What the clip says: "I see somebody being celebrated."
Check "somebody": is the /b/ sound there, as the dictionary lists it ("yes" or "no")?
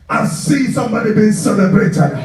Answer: yes